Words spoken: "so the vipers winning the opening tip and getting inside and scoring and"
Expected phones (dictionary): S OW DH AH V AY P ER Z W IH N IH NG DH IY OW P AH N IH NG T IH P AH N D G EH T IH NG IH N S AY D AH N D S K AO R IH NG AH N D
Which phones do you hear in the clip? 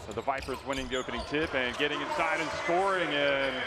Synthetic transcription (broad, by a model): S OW DH AH V AY P ER Z W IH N IH NG DH IY OW P AH N IH NG T IH P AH N G EH T IH NG IH N S AY D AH N S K AO R IH NG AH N